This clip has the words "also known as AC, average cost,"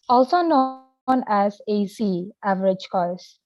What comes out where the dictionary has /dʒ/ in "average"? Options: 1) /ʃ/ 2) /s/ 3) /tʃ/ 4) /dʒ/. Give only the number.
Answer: 4